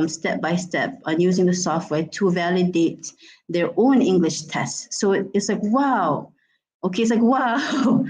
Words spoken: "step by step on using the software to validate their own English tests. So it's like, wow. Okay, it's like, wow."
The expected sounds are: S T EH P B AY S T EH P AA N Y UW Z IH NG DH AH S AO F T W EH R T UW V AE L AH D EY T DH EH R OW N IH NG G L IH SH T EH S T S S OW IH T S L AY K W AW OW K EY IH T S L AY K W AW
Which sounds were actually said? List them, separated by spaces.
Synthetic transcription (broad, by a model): S T EH P B AY S T EH P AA N Y UW Z IH NG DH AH S AO F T W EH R T UW V AE L AH D EY T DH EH R OW N IH NG G L IH SH T EH S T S S OW IH T S L AY K W AW OW K EY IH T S L AY K W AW